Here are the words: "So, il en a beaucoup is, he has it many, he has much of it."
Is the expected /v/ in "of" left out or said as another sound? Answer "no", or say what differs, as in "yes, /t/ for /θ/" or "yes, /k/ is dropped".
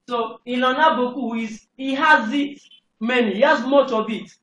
yes, /b/ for /v/